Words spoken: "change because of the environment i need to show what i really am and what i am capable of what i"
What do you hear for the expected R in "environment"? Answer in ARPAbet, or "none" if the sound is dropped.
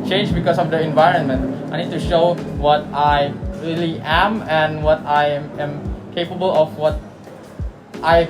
R